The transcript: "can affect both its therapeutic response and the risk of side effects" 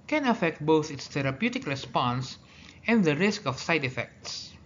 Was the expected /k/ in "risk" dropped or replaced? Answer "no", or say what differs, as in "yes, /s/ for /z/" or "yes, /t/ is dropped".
no